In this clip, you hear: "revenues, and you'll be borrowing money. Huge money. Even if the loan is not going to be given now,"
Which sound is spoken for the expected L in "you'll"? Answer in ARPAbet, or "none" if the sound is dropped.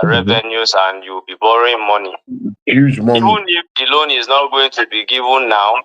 W